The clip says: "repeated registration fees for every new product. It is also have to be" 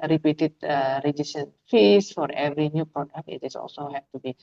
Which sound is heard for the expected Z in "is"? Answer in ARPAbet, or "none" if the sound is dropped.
S